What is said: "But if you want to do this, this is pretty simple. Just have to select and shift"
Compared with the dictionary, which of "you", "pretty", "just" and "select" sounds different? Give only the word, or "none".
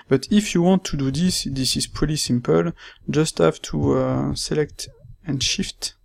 pretty